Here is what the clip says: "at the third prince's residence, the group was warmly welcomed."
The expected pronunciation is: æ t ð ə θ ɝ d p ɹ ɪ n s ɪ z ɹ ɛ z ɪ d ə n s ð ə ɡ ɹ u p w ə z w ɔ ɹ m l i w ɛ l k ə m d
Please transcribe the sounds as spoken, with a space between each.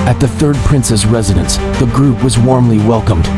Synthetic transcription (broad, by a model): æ t ð ə θ ɝ d p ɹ ɪ n s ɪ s ɹ ɛ z ɪ d ə n s ð ə ɡ ɹ u p w ə z w ɔ ɹ m l i w ɛ l k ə m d